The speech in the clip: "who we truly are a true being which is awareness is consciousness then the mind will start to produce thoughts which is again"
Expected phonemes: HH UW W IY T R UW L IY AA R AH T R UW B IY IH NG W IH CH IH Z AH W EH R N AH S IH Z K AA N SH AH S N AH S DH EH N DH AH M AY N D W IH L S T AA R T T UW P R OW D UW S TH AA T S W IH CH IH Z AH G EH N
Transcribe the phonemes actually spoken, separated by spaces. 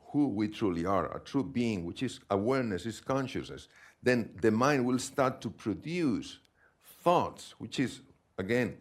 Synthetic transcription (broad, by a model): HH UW W IY T R UW L IY AA R AH T R UW B IY IH NG W IH CH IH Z AH W EH R N AH S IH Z K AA N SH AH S N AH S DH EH N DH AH M AY N D W IH L S T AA R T T UW P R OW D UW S TH AA T S W IH CH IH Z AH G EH N